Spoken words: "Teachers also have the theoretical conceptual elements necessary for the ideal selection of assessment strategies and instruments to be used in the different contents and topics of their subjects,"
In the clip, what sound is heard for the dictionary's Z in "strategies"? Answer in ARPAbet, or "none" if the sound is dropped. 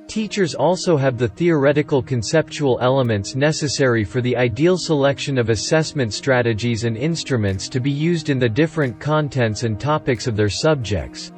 Z